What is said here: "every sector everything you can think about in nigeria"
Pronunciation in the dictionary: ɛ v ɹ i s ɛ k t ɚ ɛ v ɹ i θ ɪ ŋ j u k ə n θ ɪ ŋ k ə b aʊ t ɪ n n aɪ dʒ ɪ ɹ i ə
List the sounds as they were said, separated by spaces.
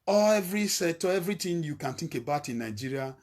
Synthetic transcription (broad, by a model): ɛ v ɹ i s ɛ t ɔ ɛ v ɹ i t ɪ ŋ j u k ə n t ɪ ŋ k ə b aʊ t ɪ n n aɪ dʒ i ɹ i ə